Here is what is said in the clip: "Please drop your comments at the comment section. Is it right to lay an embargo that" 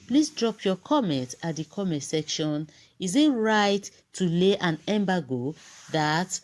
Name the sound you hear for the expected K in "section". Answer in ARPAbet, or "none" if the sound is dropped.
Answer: K